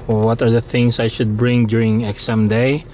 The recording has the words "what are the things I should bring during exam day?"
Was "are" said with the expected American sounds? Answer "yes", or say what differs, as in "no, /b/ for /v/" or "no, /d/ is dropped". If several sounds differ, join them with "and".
yes